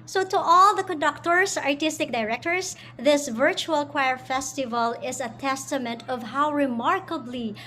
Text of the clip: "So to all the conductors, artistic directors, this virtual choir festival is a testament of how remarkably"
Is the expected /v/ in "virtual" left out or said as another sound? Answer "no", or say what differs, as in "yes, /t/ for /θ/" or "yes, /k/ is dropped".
no